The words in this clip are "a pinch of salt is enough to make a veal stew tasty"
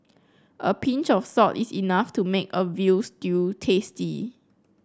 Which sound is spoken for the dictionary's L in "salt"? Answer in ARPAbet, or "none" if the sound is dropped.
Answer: none